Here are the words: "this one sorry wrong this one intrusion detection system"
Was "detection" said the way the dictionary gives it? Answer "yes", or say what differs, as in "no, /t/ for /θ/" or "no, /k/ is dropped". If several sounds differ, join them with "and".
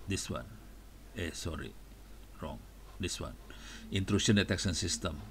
no, /s/ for /ʃ/